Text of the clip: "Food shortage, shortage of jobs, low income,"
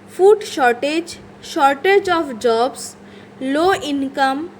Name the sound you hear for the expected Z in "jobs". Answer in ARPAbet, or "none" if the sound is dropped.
S